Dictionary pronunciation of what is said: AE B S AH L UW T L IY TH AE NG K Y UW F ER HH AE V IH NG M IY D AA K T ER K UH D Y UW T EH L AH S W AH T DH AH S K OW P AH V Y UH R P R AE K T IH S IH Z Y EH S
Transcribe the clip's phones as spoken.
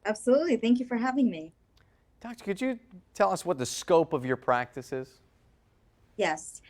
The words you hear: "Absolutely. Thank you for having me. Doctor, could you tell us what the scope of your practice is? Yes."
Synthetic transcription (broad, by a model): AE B S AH L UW T L IY TH AE NG K Y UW F ER HH AE V IH NG M IY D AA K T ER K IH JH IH T EH L AH S W AH T DH AH S K OW P AH V Y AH R P R AE K T IH S IH Z Y EH S